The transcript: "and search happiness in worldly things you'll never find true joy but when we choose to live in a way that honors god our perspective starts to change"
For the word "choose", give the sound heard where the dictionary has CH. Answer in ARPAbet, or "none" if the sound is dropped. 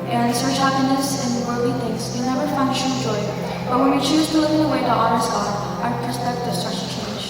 CH